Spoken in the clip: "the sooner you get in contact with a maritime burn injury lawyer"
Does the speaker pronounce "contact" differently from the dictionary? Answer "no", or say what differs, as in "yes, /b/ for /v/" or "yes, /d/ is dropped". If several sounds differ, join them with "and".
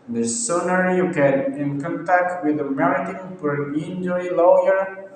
no